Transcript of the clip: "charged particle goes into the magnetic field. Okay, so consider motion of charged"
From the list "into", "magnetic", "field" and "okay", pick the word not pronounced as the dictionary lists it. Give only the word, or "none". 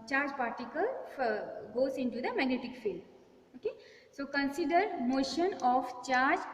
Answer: field